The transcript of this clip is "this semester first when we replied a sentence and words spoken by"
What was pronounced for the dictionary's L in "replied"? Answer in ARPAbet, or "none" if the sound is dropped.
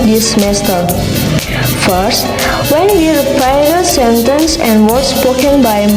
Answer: none